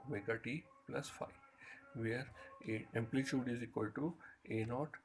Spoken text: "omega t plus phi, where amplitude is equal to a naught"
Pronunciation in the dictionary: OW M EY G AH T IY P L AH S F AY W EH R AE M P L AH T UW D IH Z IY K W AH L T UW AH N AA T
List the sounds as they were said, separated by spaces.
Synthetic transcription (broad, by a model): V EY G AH T IY P L AH S F AY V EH R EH M P L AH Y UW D IH Z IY K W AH L T UW AH N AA T